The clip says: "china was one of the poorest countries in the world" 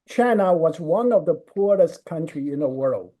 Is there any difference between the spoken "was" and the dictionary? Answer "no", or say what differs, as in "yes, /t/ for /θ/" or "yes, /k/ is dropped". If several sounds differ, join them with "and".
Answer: no